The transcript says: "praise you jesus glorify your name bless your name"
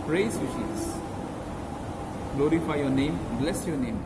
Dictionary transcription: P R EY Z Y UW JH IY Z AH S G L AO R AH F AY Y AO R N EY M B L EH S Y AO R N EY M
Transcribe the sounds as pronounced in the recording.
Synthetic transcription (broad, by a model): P R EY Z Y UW SH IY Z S G L AO R AH F AY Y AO N EY M B L EH S Y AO N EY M